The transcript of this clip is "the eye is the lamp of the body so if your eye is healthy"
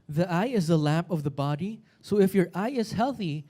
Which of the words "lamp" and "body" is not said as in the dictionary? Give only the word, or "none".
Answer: none